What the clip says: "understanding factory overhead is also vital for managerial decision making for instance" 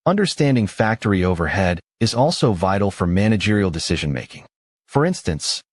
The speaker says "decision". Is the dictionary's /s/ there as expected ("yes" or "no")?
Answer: yes